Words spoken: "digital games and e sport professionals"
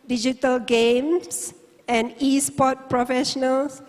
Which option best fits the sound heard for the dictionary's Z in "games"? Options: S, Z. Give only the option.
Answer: S